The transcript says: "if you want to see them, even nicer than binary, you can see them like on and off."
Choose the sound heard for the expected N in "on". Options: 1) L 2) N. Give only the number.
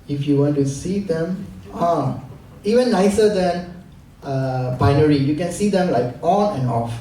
1